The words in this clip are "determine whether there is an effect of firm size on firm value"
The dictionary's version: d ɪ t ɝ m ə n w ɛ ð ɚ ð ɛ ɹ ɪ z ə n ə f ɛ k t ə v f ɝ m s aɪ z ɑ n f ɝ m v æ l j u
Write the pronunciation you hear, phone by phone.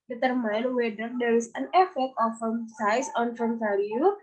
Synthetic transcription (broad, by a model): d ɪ t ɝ m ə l w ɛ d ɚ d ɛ ɹ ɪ s ə n ə f ɛ k t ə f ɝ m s aɪ s ɑ n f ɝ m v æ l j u